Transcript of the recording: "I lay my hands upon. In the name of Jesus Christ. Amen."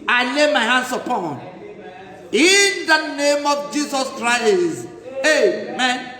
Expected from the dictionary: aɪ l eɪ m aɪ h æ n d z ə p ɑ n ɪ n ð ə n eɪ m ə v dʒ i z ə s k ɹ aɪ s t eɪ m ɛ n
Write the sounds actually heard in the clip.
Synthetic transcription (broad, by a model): aɪ l eɪ m aɪ h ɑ n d s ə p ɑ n ɪ n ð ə n eɪ m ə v dʒ i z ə s k ɹ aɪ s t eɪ m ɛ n